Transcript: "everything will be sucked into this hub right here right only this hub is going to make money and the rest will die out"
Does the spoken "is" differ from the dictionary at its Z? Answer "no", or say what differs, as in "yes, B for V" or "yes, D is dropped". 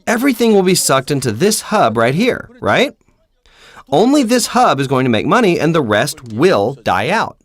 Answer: no